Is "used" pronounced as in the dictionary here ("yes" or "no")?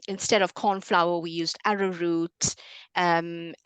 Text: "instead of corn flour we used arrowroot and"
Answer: yes